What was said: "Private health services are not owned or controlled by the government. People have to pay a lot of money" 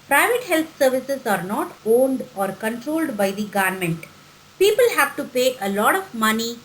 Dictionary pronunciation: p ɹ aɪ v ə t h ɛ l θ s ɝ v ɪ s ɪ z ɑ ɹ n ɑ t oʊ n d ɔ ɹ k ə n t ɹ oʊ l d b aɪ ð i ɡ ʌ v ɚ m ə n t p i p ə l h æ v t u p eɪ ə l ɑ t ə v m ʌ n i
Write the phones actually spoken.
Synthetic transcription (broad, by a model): p ɹ aɪ v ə t h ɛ l t s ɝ v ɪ s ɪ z ɑ ɹ n ɑ t oʊ n d ɔ ɹ k ə n t ɹ oʊ l d b aɪ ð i ɡ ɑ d m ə n t p i p ə l h æ v t u p eɪ ə l ɑ t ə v m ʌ n i